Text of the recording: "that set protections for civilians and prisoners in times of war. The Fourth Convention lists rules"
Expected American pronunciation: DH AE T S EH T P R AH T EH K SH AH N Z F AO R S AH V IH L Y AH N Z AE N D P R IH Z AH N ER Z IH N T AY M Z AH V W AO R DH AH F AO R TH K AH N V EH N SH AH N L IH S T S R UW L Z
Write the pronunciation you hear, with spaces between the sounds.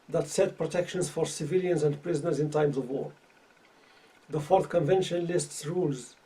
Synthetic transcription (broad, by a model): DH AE T S EH T P R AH T EH K SH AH N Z F AO R S AH V IH L Y AH N Z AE N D P R IH Z AH N ER Z IH N T AY M Z AH V W AO R DH AH F AO R TH K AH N V EH N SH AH N L IH S T S R UW L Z